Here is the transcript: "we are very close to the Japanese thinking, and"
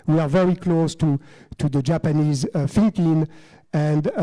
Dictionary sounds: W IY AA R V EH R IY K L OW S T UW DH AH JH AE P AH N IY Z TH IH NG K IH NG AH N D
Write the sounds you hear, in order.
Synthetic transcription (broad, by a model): W IY AA R V EH R IY K L OW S T UW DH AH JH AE P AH N IY Z F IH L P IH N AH N D